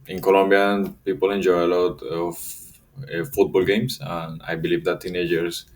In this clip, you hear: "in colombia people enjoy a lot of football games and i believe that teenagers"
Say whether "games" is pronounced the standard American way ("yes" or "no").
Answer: no